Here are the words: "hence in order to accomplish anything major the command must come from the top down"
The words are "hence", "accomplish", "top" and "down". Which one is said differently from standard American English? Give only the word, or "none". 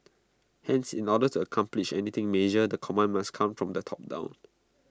none